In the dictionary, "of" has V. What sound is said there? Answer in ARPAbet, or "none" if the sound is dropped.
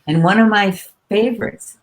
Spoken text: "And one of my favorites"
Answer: V